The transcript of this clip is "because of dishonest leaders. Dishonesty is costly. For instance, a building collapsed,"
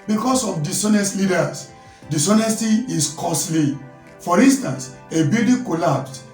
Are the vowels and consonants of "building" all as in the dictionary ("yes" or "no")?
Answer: no